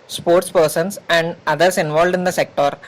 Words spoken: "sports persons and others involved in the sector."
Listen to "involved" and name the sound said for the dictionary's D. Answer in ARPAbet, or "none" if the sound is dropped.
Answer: D